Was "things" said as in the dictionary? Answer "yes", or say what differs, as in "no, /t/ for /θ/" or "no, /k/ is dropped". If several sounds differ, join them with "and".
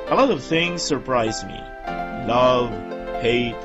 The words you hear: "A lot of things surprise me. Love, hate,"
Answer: yes